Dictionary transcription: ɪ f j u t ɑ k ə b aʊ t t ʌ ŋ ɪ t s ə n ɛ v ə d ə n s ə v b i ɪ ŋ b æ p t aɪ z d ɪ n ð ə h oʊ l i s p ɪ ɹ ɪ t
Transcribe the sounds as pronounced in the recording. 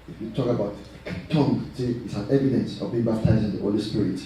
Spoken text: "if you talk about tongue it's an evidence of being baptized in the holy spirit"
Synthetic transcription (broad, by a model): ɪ f j u t ɑ k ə b aʊ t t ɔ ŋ ɪ t s ə n ɛ v ə d ə n s ə v b i ɪ ŋ b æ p t aɪ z ɪ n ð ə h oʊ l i s p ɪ ɹ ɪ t